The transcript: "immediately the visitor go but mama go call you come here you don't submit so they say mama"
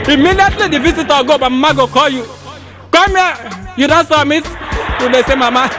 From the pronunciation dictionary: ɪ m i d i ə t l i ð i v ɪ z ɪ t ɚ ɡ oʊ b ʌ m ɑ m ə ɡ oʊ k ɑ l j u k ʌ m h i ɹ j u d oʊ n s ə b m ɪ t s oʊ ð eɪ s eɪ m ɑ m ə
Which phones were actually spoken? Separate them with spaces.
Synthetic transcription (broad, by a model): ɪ m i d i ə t l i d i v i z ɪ t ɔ ɡ oʊ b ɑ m m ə ɡ oʊ k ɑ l j u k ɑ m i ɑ j u d oʊ n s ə m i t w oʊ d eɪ s eɪ m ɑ m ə